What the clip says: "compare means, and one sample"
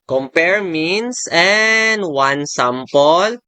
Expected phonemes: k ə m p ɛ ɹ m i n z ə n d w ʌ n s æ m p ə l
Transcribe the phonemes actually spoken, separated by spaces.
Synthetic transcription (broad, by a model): k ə m p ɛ ɹ m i n s ə n d w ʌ n s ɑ m p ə l